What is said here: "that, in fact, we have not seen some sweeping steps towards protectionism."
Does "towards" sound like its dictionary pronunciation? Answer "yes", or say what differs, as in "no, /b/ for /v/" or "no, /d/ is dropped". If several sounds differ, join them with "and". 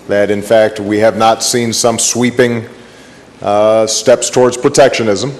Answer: yes